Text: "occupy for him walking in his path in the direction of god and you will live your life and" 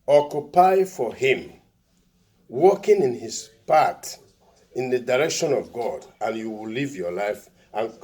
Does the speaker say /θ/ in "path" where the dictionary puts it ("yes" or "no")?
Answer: no